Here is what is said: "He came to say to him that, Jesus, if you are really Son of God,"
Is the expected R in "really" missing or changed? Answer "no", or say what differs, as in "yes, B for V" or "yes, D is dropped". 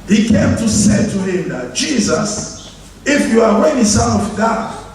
yes, W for R